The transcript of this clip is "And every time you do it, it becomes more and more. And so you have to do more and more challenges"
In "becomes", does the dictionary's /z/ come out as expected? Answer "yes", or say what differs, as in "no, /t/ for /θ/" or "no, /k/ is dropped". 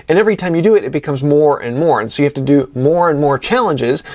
yes